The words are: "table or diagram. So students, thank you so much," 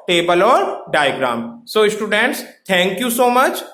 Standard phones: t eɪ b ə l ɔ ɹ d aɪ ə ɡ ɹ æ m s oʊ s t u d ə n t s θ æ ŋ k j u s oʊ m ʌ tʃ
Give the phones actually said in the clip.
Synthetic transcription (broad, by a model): t eɪ b ə l ɔ ɹ d aɪ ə ɡ ɹ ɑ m s oʊ s t u d ə n t s t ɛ ŋ k j u s oʊ m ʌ tʃ